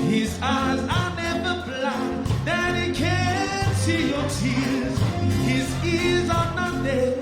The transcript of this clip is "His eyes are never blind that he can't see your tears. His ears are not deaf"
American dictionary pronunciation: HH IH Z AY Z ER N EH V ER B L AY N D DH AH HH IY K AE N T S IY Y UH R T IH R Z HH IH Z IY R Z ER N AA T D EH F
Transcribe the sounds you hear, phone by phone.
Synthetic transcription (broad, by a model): HH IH Z AY Z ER N EH V ER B L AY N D DH AH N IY K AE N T S IY Y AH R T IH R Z HH IH Z IY R Z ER N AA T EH